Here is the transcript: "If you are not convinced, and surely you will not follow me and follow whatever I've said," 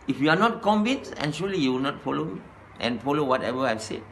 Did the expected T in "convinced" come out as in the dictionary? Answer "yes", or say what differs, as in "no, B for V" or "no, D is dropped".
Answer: no, T is dropped